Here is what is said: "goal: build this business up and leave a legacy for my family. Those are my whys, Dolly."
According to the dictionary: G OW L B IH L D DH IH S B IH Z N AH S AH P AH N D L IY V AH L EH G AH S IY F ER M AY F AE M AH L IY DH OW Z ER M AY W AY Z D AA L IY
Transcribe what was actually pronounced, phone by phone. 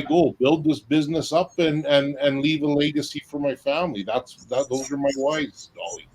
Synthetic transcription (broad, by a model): G OW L B IH L D DH IH S B IH Z N AH S AH P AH N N L IY V AH L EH G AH S IY F ER M AY F AE M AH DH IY DH OW Z ER M AY W AY Z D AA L IY